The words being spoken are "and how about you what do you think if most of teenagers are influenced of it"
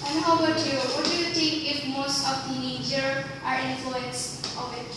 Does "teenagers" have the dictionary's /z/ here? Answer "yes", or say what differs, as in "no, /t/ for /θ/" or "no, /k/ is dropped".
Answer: no, /z/ is dropped